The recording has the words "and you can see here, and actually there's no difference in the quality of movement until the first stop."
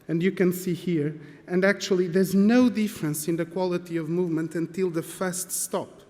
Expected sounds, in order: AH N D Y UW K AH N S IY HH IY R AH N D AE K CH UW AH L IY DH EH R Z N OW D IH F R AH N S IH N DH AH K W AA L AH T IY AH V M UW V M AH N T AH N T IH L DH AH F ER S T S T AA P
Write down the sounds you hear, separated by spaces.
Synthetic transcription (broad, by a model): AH N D Y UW K AH N S IY HH IY R AH N D AE K CH UW AH L IY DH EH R Z N OW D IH F R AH N S IH N DH AH K W AA L AH T IY AH V M UW V M AH N T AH N T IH L DH AH F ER S T S T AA P